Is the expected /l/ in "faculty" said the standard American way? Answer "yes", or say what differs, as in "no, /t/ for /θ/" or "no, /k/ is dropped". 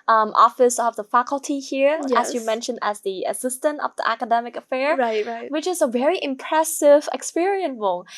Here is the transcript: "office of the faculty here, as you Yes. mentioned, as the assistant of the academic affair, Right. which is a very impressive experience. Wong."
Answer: yes